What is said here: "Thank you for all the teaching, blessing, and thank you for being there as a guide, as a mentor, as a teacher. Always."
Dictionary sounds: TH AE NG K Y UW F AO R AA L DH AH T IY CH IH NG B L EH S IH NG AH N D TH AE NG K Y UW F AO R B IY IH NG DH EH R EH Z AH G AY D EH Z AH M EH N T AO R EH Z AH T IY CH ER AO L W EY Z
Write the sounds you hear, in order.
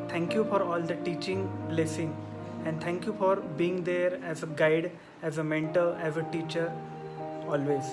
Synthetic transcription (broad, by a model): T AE NG K Y UW F AO R AA L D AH T IY CH IH NG B L EH S IH NG AH N D T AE NG K Y UW F AO R B IY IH NG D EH R EH Z AH G AY D EH Z AH M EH N T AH L EH Z AH T IY CH ER AO L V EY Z